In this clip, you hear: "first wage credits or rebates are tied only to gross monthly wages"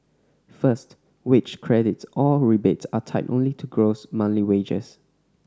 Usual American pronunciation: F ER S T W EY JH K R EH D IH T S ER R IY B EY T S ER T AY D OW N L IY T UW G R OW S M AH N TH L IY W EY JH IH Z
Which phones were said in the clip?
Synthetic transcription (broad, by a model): F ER S T W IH CH K R EH D IH T S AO R IY B EY T S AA T AY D OW N L IY T UW G R OW S M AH N L IY W EY JH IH S